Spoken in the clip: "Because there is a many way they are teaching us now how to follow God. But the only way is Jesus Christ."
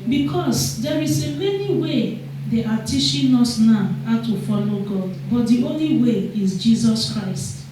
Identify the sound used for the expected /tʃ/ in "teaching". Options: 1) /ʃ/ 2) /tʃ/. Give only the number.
1